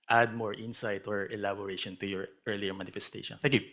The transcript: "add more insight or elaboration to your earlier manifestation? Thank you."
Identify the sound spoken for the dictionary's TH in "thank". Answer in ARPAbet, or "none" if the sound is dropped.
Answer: T